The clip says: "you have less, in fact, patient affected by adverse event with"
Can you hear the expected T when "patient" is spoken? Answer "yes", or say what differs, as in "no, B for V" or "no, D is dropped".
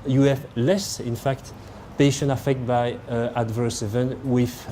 no, T is dropped